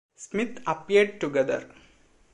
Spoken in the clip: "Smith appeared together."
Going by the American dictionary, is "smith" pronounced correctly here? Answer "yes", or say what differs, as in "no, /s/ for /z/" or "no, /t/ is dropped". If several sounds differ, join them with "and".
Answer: no, /t/ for /θ/